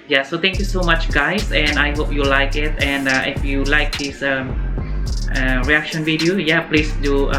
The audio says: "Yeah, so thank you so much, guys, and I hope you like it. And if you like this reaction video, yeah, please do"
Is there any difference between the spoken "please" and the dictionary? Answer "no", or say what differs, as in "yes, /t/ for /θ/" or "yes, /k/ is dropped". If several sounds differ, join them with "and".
yes, /s/ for /z/